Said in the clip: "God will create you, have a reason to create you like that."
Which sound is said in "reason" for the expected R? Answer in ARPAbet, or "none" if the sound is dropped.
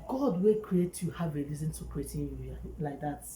L